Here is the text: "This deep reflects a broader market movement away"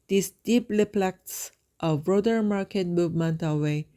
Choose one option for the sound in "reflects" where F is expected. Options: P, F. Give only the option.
P